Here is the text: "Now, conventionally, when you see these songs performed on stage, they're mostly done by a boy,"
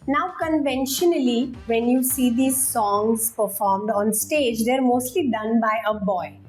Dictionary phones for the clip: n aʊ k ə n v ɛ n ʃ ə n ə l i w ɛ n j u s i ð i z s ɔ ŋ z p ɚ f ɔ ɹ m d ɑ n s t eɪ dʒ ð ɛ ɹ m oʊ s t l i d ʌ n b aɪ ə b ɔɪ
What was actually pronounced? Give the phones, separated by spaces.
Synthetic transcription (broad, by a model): n aʊ k ə n v ɛ n ʃ ə n ə l i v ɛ n j u s i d i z s ɔ ŋ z p ɚ f ɔ ɹ m d ɑ n s t eɪ dʒ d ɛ ɹ m oʊ s t l i d ʌ n b aɪ ə b ɔɪ